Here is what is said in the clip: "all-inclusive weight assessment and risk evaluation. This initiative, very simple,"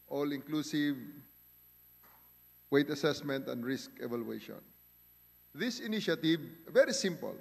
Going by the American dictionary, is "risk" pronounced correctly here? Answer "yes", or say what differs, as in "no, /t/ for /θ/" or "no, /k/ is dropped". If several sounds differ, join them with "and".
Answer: yes